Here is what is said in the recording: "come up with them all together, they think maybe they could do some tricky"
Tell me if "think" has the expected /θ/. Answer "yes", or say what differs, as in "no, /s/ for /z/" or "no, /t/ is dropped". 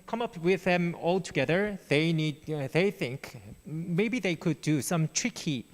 yes